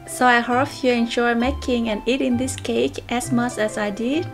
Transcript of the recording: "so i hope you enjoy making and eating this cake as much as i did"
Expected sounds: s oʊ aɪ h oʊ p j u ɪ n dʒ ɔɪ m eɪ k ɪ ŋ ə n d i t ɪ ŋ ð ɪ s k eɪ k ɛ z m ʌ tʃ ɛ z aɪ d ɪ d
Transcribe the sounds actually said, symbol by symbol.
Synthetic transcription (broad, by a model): s oʊ aɪ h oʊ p j u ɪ n ʃ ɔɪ m eɪ k ɪ ŋ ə n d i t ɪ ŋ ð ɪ s k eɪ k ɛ s m ʌ tʃ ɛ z aɪ d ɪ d